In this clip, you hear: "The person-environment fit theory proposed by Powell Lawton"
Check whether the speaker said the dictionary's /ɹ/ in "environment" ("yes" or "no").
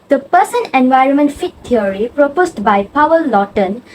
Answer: yes